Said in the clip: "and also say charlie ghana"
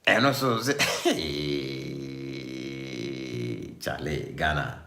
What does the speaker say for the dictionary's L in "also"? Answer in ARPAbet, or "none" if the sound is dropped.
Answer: none